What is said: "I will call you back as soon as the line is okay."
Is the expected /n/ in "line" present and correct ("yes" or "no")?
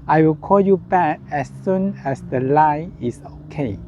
no